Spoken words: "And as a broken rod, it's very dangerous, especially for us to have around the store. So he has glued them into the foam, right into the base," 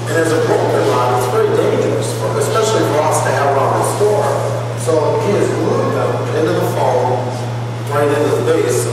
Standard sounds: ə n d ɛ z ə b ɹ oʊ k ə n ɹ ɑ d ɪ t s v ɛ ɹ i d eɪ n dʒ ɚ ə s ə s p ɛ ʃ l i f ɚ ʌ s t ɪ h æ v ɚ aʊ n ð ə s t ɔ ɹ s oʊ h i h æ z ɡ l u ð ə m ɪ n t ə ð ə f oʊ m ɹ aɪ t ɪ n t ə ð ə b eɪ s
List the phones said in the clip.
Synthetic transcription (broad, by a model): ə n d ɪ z ə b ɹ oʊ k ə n l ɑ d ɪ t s v ɛ ɹ i d eɪ n dʒ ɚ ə s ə s p ɛ ʃ l i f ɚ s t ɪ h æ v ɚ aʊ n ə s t ɔ ɹ s oʊ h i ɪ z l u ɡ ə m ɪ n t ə ð ə f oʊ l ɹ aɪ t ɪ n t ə ð ə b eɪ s